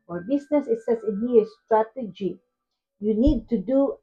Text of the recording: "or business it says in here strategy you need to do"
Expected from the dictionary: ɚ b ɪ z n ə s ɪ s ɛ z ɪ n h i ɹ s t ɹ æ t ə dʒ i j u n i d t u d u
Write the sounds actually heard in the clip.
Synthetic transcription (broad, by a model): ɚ b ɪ s n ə s ɪ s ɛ s ɪ n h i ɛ s t ɹ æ t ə dʒ i j u n i d t u d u